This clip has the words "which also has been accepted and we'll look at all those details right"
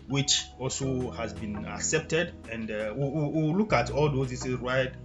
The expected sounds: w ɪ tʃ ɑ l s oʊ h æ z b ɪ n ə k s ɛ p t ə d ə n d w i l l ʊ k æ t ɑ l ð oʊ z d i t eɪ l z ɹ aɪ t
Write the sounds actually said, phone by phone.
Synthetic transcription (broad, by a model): w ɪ tʃ ɑ l s oʊ h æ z b ɪ n ə k s ɛ p t ə d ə n d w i w l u k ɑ t ɑ l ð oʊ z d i s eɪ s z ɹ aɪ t